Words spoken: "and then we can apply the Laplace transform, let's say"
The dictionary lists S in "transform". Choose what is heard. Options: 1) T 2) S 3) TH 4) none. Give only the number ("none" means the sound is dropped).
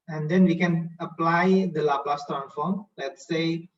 4